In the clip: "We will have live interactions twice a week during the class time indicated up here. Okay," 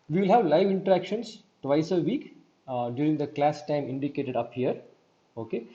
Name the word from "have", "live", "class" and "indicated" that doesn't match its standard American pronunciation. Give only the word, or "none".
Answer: none